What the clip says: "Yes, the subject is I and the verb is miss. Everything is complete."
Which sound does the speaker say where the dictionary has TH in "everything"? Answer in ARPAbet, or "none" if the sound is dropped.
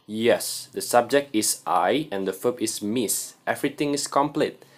T